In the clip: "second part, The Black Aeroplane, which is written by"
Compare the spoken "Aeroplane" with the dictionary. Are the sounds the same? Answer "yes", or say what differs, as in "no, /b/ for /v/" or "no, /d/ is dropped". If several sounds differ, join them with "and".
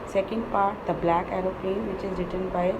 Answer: no, /l/ is dropped